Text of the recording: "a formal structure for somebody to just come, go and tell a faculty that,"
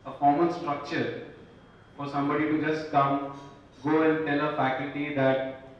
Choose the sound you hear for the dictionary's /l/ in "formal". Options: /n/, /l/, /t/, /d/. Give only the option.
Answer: /n/